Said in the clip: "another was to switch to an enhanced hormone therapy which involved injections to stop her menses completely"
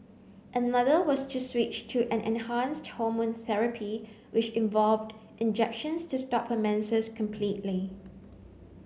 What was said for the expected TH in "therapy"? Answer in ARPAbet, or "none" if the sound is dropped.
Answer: TH